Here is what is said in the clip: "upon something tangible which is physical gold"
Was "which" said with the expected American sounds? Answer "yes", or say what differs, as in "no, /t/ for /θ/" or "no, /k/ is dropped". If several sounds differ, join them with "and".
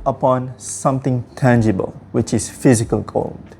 yes